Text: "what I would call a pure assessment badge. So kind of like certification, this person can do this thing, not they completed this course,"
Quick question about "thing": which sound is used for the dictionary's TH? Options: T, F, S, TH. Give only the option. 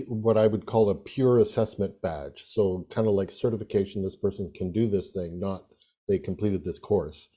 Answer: TH